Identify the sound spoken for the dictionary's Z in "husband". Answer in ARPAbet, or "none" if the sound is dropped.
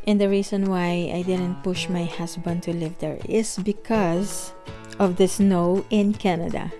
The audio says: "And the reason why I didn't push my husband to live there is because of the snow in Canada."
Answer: S